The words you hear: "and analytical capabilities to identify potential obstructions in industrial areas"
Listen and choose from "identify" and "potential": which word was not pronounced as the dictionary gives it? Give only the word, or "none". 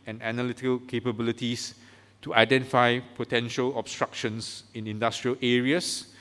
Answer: none